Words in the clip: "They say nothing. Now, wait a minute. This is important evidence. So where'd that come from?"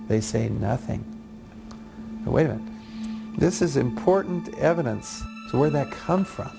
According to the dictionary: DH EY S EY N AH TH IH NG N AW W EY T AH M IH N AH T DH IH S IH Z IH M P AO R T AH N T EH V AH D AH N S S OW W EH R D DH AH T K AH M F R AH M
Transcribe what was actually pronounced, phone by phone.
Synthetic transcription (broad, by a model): DH EY S EY N AH TH IH NG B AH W EY AH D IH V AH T DH IH S IH Z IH M P AO R T N T EH V AH D AH N S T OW W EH R DH AH T K AH M F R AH M